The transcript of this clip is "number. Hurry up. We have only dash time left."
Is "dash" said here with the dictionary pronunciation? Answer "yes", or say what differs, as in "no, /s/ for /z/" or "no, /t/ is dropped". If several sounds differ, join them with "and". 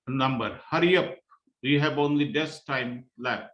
no, /s/ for /ʃ/